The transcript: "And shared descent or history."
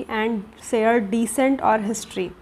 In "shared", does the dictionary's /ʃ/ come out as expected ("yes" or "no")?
no